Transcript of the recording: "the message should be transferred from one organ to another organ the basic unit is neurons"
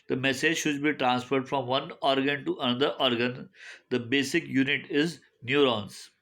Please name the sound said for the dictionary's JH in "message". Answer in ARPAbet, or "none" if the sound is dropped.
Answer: JH